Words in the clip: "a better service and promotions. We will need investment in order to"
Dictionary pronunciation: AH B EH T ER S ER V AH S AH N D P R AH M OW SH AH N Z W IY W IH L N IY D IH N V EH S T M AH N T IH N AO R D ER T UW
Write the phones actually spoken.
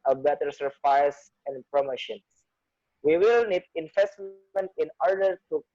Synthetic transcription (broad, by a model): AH B EH T ER S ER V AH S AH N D P R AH M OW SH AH N S W IY W IH L N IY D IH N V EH S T M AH N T IH N AO R D ER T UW